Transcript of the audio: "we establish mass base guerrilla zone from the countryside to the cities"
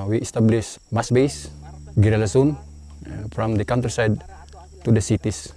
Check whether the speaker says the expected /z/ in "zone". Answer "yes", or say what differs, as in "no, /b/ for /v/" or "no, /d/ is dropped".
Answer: no, /s/ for /z/